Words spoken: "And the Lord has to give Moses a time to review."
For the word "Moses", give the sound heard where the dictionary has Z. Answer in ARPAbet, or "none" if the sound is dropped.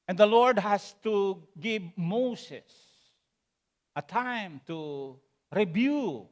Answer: S